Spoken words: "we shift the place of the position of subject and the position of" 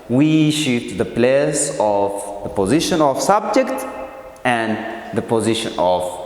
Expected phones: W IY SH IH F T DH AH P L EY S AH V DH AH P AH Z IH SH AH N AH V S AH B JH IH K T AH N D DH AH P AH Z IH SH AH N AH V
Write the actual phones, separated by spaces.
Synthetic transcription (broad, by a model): W IY SH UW T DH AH P L EY S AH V DH AH P AH Z IH SH AH N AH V S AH B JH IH K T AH N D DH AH P AH Z IH SH AH N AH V